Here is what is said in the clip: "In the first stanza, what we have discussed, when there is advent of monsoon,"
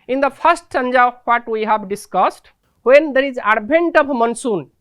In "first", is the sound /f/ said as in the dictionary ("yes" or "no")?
no